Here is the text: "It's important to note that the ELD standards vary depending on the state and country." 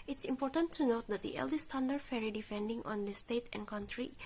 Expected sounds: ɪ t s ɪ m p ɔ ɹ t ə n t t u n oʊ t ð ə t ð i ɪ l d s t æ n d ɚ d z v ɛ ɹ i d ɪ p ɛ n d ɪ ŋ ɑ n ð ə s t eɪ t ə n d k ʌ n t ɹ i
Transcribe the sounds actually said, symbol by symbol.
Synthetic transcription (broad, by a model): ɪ t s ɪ m p ɔ ɹ t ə n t t u n oʊ t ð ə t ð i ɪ l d s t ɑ n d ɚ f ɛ ɹ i d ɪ f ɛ n d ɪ ŋ ɑ n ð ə s t eɪ t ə n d k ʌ n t ɹ i